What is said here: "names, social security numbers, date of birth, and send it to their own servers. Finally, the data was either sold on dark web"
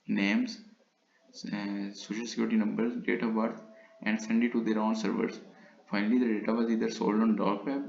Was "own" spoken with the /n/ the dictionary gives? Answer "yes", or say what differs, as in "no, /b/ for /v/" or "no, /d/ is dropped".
yes